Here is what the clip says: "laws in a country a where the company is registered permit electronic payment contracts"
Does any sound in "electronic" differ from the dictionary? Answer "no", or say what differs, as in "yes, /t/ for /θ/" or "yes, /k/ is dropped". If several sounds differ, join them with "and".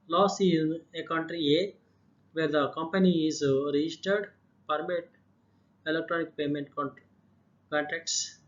no